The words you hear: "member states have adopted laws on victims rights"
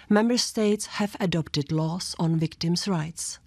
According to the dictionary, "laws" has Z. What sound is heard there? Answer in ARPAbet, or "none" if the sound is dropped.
S